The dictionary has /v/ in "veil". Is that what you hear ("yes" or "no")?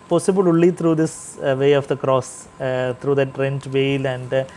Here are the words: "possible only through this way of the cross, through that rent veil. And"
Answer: yes